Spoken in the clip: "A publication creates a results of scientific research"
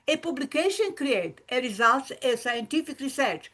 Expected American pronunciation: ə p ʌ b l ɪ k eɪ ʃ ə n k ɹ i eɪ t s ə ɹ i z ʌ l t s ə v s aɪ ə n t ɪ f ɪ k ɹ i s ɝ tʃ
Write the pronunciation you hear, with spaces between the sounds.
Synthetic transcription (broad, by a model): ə p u b l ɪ k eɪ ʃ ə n k ɹ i eɪ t ə ɹ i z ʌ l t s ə s aɪ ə n t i f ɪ k ɹ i s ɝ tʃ